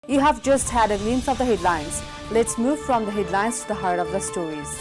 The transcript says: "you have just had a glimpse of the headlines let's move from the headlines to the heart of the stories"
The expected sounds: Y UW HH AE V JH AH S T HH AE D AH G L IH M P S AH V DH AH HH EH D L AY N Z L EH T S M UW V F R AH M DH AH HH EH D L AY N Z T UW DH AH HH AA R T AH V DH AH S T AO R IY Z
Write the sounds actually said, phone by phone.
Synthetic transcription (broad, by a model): Y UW HH AE V JH AH S T HH AE D AH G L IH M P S AH V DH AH HH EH D L AY N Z L EH T S M UW V F R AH M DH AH HH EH D L AY N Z T UW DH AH HH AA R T AH V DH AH S T AO R IY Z